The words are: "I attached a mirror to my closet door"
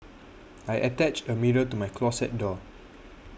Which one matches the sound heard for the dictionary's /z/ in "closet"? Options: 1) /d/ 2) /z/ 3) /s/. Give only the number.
3